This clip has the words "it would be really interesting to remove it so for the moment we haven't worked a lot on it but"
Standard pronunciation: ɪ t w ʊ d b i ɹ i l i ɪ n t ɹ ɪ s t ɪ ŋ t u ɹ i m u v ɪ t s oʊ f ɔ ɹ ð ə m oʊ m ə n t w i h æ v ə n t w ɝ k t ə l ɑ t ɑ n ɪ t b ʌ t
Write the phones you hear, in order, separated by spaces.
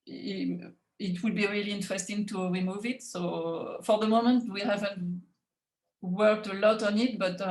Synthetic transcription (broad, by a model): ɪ t w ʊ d b i ɹ i l i ɪ n t ɹ ɪ s t ɪ ŋ t u ɹ i m u v ɪ t s oʊ f ɔ ɹ ð ə m oʊ m ə n t w i h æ v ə n t w ɝ k t ə l ɑ t ɑ n ɪ t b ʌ t